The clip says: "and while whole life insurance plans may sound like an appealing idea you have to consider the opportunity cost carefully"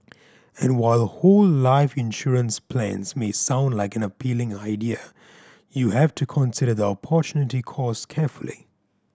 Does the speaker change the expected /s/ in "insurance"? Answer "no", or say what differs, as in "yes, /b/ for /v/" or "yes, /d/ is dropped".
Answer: no